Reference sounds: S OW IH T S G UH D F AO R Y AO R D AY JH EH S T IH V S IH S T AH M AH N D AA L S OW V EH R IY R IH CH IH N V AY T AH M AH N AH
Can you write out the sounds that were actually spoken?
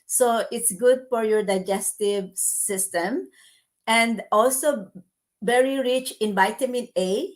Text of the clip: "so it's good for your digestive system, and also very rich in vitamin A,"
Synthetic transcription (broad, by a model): S OW IH T S G UH D F AO R Y AO R D AY JH EH S T IH V S IH S T AH M AH N D AA L S OW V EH R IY R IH CH IH N B AY T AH M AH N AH